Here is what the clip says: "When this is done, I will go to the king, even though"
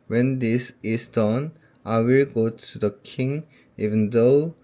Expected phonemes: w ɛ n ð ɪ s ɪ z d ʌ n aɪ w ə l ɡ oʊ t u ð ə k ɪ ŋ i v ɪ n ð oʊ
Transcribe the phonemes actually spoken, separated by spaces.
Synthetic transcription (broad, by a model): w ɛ n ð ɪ s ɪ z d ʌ n aɪ w ə l ɡ oʊ t u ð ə k ɪ ŋ i v ɪ n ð oʊ